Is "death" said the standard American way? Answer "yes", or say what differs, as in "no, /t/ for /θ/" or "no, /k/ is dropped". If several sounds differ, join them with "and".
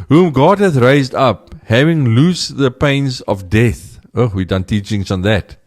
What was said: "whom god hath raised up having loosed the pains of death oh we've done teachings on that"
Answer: yes